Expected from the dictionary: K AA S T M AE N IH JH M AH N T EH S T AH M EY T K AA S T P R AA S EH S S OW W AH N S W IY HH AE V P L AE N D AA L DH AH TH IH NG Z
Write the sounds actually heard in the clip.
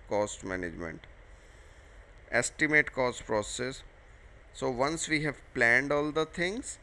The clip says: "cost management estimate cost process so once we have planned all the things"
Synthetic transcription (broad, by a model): K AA S T M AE N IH JH M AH N T EH S T AH M EY T K AA S T P R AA S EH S S OW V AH N S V IY HH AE V P L AE N D AA L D AH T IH NG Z